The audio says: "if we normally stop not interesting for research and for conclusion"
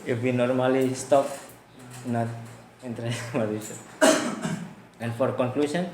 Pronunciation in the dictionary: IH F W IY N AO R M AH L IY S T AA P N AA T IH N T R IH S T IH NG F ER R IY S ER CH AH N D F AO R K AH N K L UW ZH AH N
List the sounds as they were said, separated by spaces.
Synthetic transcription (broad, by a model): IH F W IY N AO R M AH L IY S T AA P N AA T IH N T R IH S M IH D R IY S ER AH N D F AO R K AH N K L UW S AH N